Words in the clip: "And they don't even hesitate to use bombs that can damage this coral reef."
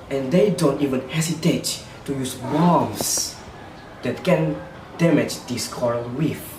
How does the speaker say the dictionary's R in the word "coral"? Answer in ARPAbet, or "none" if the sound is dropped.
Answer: R